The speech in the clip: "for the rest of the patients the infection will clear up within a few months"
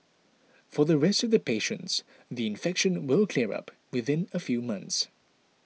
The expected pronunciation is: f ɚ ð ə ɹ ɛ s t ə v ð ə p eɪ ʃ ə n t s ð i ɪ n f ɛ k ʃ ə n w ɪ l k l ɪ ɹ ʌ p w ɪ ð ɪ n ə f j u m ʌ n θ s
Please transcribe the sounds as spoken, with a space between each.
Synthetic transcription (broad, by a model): f ɚ ð ə ɹ ɛ s t ə v ð ə p eɪ ʃ ə n t s ð i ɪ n f ɛ k ʃ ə n w ɪ l k l ɪ ɹ ʌ p w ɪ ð ɪ n ə f j u m ʌ n θ s